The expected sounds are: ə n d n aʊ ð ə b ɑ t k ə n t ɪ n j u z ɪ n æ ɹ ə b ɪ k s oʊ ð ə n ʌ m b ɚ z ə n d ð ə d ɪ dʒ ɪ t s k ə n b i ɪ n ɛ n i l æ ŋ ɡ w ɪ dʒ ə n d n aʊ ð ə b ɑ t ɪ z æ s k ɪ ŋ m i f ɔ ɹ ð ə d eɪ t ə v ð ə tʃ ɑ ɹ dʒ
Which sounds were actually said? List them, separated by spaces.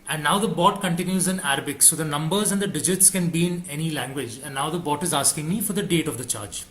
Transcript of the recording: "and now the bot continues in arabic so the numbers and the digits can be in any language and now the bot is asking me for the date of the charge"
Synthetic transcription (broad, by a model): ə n d n aʊ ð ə b ɑ t k ə n t ɪ n j u z ɪ n æ ɹ ə b ɪ k s oʊ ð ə n ʌ m b ɚ z ə n d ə d ɪ dʒ ɪ t s k ə n b i ɪ n ɛ n i l æ ŋ ɡ w ɪ dʒ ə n d n aʊ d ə b ɑ t ɪ z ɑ s k ɪ ŋ m i f ɔ ɹ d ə d eɪ t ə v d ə tʃ ɑ ɹ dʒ